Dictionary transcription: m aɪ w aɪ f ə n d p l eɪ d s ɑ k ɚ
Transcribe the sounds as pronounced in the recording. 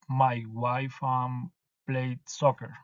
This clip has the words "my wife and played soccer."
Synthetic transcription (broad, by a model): m aɪ w aɪ f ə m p l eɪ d s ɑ k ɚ